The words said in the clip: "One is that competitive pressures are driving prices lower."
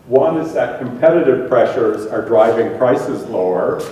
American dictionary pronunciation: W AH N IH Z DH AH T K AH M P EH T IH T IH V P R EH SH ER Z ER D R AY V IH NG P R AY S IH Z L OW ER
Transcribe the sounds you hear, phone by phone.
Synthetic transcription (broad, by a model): W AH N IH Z DH AH T K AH M P EH T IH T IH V P R EH SH ER Z ER D R AY V IH NG P R AY S IH Z L OW ER